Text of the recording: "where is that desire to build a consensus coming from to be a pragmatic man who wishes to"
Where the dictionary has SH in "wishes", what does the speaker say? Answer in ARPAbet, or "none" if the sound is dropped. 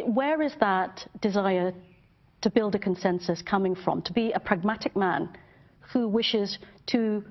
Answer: SH